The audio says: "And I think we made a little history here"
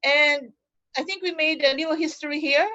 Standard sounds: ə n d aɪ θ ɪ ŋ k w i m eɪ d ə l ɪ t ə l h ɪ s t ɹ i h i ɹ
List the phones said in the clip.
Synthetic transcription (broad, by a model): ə n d aɪ θ ɪ ŋ k w i m eɪ ə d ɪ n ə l h ɪ s t ɹ i h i ɹ